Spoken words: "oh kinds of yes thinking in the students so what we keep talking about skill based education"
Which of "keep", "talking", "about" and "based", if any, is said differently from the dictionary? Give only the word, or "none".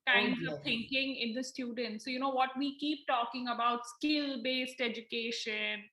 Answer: none